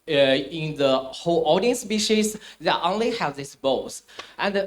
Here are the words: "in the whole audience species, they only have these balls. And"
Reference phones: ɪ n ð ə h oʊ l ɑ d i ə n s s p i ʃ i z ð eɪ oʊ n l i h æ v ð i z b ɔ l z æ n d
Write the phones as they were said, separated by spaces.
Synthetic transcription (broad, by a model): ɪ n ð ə h oʊ l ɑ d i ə n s s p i ʃ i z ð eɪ oʊ n l i h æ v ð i s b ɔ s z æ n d